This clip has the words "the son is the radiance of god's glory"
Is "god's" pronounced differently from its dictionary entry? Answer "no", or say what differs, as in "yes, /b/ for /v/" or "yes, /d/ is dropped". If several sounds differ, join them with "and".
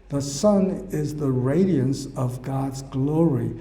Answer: no